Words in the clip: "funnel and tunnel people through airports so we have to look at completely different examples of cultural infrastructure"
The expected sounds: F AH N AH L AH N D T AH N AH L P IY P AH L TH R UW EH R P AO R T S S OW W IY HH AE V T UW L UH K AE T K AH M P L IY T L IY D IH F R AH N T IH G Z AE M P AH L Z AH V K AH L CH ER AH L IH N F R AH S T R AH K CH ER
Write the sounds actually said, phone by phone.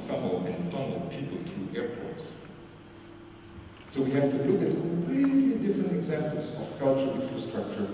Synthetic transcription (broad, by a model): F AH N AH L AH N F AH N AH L P IY P AH L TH R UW EH R P AO R T S S OW W IY HH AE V T UW L UH K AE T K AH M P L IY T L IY D IH F R AH N T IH G Z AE M P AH L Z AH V K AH L CH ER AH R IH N F R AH S T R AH K CH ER